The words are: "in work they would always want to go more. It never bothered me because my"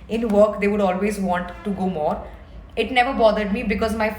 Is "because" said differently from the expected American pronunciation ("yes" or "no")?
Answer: no